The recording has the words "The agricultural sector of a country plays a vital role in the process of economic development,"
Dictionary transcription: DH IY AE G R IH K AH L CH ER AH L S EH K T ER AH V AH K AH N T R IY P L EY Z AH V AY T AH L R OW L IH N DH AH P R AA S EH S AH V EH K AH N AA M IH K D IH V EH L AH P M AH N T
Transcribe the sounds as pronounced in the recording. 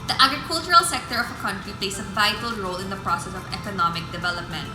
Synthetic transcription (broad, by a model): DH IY AE G R IH K AH L CH ER AH L S EH K T ER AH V AH K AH N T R IY P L EY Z AH V AY T AH L R OW L IH N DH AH P R AA S EH S AH V EH K AH N AA M IH K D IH V EH L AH P M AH N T